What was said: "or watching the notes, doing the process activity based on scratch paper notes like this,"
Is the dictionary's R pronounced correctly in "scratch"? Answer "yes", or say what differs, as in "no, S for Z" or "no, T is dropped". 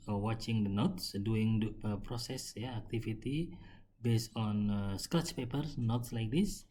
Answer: no, R is dropped